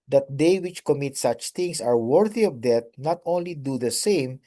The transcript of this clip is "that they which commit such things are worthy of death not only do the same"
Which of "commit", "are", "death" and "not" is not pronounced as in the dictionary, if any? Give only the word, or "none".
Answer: death